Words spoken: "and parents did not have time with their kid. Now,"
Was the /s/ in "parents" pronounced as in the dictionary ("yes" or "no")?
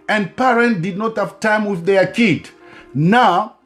no